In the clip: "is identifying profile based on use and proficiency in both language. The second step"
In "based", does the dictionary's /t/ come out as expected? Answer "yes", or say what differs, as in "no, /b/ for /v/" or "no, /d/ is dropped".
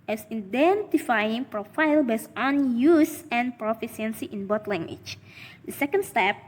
no, /t/ is dropped